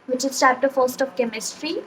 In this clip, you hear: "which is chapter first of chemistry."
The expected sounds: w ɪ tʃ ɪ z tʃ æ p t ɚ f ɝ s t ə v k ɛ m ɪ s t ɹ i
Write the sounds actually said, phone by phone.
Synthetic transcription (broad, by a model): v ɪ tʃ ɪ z s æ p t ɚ f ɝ s t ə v k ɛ m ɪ s t ɹ i